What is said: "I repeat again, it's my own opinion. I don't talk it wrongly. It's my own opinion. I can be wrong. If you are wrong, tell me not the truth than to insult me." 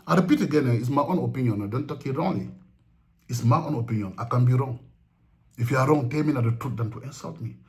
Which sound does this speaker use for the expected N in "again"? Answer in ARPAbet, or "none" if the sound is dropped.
N